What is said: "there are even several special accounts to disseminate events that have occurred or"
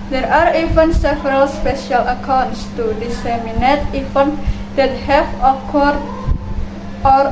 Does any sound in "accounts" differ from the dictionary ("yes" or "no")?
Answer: no